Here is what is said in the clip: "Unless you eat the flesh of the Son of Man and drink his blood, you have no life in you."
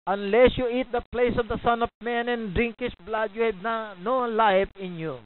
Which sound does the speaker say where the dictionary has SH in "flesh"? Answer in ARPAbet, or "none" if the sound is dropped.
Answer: S